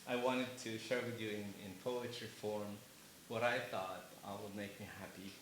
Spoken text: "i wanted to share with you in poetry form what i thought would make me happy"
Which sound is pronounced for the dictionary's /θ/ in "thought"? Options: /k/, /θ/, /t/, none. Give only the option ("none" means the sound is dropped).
/θ/